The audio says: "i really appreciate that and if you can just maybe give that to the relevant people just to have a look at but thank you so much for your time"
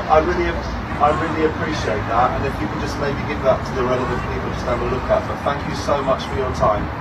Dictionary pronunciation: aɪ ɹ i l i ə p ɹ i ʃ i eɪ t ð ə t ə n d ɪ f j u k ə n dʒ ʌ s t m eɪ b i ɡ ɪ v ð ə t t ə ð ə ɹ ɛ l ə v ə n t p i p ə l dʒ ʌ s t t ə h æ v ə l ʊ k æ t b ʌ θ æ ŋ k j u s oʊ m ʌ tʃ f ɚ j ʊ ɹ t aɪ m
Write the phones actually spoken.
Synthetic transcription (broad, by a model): aɪ ɹ i l i ə p ɹ i ʃ i eɪ t ð ə t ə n ɪ f j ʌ k ə n dʒ ʌ s t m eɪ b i ɡ ɪ v ð ə t t ə ð ə ɹ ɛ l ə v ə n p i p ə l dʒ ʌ s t t ə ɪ b ə l ʊ k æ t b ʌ θ æ ŋ k j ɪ s oʊ m ʌ tʃ f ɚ j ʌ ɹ t aɪ m